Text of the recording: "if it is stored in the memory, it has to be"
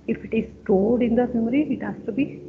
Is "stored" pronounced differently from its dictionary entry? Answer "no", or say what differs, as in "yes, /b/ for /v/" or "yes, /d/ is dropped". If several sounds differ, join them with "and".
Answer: yes, /l/ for /ɹ/